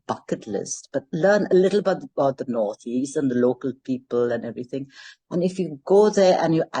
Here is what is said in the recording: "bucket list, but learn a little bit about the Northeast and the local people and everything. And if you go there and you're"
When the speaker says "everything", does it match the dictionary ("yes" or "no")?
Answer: yes